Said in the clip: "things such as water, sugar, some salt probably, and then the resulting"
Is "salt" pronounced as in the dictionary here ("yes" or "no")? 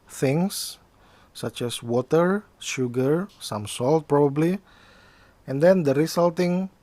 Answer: yes